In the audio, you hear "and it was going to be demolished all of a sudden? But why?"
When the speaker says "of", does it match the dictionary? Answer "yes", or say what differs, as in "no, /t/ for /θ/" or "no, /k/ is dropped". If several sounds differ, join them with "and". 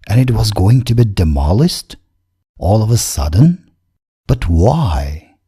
yes